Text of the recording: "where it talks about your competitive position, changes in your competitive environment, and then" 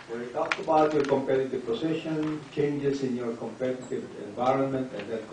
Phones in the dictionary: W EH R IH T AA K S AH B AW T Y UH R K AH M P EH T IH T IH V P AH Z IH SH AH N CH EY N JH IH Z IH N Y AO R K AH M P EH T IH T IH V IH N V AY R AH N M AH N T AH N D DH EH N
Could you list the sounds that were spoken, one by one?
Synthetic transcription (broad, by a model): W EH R IH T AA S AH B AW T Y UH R K AH M P EH T IH T IH V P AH S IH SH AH N CH EY N JH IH S IH N Y AO R K AH M P EH T IH T IH V IH N V AY R AH N M AH N T AH N D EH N